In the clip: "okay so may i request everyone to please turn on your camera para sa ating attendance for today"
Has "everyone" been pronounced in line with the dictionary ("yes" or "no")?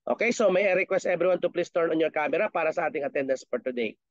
no